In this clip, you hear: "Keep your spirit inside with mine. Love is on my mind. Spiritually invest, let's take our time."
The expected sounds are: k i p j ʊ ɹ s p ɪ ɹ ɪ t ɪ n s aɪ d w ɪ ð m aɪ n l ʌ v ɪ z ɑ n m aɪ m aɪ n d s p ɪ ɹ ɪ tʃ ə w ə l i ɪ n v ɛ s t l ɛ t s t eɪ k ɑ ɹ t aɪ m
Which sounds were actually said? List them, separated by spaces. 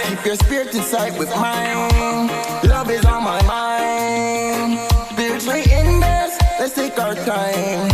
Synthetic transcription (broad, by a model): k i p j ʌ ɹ s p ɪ ɹ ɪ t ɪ s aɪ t w ɪ ð m aɪ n l ʌ v ɪ z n m aɪ m aɪ n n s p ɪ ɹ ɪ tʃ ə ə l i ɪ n ɛ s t l ɛ t s t eɪ k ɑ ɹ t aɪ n